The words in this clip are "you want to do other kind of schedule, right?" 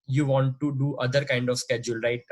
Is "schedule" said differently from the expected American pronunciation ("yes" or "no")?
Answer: no